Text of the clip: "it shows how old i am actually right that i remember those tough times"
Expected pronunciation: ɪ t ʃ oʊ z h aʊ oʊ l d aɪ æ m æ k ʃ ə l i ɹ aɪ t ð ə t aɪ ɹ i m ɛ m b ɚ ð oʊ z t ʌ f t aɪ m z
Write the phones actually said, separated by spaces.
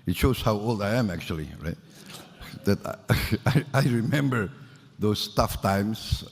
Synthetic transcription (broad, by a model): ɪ t ʃ oʊ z h aʊ oʊ l d aɪ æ m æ k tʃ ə l i ɹ aɪ t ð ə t aɪ ɹ i m ɛ m b ɚ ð oʊ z t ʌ f t aɪ m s